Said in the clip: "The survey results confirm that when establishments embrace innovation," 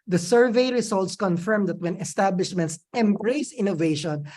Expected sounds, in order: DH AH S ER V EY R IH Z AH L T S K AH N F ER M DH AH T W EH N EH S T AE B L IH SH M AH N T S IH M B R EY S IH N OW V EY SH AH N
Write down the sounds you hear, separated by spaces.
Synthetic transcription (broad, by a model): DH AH S ER V EY R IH S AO L T S K AH N F ER M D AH T W EH N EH S T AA B L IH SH M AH N T S IH M B R EY S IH N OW V EY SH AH N